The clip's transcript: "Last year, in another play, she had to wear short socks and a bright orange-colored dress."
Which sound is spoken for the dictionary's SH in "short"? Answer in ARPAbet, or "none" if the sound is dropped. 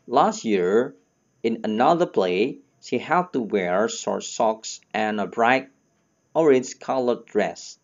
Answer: S